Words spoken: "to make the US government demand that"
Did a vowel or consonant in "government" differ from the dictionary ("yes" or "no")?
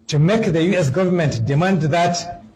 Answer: no